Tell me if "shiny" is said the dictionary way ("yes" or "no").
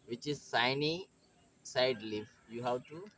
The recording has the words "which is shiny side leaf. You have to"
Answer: no